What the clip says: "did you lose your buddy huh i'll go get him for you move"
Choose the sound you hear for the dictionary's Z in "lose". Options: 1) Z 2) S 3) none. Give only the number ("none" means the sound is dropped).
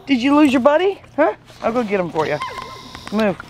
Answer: 1